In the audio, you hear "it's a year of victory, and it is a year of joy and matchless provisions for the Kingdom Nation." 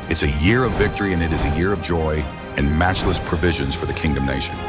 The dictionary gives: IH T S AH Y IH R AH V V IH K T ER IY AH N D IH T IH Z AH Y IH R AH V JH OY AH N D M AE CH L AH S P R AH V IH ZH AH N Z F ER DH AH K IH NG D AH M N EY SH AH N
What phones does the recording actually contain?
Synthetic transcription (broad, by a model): IH T S AH Y IH R AH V V IH K T ER IY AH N IH T IH Z AH Y IH R AH V JH OY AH N M AE CH L AH S P R AH V IH ZH AH N Z F ER DH AH K IH NG D AH M N EY SH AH N